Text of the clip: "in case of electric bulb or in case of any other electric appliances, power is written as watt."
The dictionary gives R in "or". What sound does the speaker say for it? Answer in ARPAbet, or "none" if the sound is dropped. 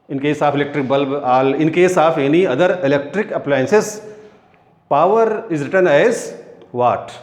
L